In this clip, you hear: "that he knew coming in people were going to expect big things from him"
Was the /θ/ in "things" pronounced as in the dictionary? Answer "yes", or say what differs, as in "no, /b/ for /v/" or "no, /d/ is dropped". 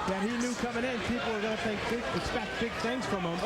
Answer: yes